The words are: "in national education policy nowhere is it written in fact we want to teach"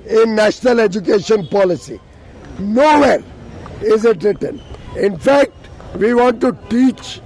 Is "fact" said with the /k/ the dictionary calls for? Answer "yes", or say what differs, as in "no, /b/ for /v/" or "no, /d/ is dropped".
yes